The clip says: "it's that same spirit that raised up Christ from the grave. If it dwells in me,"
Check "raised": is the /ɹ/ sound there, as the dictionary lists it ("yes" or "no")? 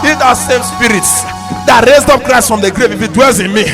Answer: yes